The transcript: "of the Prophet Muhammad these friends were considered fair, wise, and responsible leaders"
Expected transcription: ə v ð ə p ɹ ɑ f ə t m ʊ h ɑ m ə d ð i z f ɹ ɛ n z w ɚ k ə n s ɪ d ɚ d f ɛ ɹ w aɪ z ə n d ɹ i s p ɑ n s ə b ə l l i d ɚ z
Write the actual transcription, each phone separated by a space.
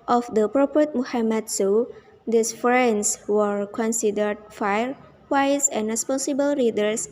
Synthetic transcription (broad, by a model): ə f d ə p ɹ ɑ p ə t m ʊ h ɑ m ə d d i s f ɹ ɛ n s w ɚ k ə n s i d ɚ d f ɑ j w aɪ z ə n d ɹ i s p ɑ n s ə b ə l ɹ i d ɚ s